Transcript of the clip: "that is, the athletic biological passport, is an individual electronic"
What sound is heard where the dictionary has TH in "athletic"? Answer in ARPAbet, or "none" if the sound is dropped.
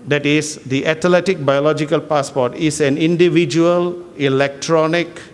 T